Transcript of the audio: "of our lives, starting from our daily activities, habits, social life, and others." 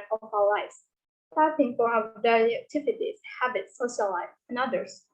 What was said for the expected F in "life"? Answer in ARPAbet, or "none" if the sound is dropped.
none